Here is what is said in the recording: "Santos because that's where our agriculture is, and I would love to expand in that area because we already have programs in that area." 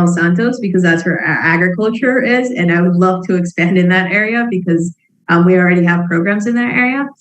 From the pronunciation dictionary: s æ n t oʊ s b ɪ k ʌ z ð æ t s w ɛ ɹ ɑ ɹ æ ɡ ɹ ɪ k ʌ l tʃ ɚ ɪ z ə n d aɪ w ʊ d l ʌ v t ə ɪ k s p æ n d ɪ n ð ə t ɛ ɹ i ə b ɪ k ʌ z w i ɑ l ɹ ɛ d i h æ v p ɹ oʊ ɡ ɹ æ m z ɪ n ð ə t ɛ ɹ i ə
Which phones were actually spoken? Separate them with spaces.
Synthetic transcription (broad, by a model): s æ n t oʊ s b ɪ k ʌ z ð æ t s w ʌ ɹ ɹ æ ɡ ɹ ɪ k ʌ l tʃ ɚ ɪ z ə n aɪ w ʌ d l ʌ v t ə ɪ k s p æ n d ɪ n ð ə t ɛ ɹ i ə b ɪ k ʌ z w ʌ ɑ l ɹ ɛ d i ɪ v p ɹ oʊ ɡ ɹ æ m z ɪ n ð ə t ɛ ɹ i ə